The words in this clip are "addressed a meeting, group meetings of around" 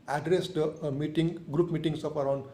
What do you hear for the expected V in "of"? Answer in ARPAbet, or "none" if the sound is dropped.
P